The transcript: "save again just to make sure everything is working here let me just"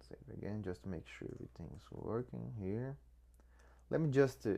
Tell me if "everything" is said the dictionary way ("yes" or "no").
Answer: no